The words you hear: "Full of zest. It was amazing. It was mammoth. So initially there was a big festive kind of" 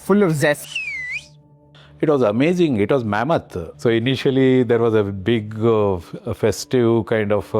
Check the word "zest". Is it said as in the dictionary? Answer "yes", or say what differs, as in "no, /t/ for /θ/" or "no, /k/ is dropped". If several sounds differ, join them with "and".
no, /t/ is dropped